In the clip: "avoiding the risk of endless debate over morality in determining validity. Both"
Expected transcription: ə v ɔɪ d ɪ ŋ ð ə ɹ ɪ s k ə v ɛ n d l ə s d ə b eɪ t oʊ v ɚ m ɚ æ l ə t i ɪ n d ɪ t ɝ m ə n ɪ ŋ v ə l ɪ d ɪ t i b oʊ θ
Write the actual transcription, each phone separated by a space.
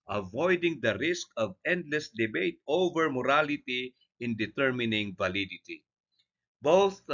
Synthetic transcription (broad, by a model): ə v ɔɪ d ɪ ŋ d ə ɹ ɪ s k ə v ɛ n d l ə s d ə b eɪ t oʊ v ɚ m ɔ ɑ l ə t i ɪ n d ɪ t ɝ m ə n ɪ ŋ v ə l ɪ d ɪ t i b oʊ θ